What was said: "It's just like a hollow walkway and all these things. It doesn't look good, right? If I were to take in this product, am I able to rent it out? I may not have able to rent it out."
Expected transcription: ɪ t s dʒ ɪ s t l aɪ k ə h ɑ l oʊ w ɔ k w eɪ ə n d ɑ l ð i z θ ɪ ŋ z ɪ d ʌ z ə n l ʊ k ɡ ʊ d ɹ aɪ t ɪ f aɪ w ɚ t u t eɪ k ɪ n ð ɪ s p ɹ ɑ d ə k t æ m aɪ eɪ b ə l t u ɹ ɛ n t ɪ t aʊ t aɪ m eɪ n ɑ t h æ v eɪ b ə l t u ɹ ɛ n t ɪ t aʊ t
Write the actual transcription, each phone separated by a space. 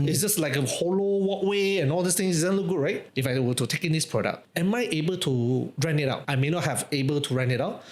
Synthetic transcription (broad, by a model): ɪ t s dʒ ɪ s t l aɪ k ə h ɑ l oʊ w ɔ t w eɪ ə n ɑ l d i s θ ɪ ŋ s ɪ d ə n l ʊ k ɡ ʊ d ɹ aɪ t ɪ f aɪ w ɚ t u t eɪ k ɪ n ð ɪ s p ɹ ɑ d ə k ɛ m aɪ eɪ b ə l t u ɹ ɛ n ɪ t aʊ t aɪ m eɪ n ɑ t h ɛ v eɪ b ə l t u ɹ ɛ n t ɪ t aʊ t